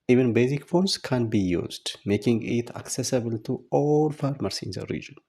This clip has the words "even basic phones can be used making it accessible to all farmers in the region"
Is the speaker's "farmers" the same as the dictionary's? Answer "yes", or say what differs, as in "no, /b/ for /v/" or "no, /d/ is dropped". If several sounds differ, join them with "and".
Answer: no, /s/ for /z/